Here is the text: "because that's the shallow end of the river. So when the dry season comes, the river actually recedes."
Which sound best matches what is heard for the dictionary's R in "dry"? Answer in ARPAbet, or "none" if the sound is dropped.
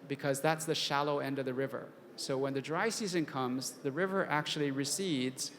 R